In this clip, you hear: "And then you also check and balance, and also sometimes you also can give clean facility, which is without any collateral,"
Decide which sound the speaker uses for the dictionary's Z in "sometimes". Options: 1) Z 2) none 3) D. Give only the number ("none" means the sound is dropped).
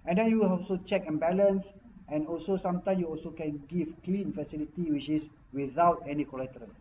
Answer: 2